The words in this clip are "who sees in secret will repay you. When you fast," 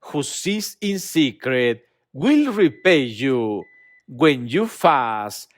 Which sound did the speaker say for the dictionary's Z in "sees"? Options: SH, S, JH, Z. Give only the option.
S